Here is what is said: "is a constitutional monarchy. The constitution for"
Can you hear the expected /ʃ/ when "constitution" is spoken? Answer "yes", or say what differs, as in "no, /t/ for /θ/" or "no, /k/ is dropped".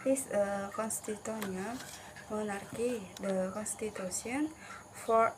no, /s/ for /ʃ/